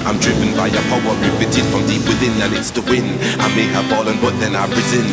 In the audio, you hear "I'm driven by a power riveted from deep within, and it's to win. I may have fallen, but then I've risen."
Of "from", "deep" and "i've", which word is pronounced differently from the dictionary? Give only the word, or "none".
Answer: i've